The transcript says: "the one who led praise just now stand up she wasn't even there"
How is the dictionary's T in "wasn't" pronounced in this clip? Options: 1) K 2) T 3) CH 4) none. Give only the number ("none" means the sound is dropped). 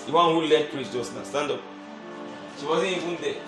4